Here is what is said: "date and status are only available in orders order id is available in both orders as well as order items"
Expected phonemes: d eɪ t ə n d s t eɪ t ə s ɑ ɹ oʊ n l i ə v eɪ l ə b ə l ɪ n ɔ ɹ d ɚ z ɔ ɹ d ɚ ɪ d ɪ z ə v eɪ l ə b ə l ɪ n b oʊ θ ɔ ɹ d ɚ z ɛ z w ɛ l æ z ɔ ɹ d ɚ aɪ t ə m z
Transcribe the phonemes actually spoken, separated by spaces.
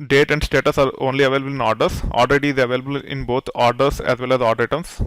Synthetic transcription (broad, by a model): d eɪ t ə n d s t eɪ t ə s ɑ ɹ oʊ n l i ə v eɪ l ə b ə l ɪ n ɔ ɹ d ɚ s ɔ l d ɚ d ɪ z ə v eɪ l ə b ə l ɪ n b oʊ t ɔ ɹ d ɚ s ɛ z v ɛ l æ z ɔ ɹ d ɚ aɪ t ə m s